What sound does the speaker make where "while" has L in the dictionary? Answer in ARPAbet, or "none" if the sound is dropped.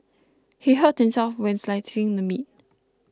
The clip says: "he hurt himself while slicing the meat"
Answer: N